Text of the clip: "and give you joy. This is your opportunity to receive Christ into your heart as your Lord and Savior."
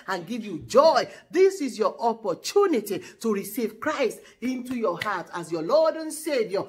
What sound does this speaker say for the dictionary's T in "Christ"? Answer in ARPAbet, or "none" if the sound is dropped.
T